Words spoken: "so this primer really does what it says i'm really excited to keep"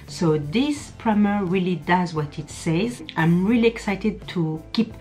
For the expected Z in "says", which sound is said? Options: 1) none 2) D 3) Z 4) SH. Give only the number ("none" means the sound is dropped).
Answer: 3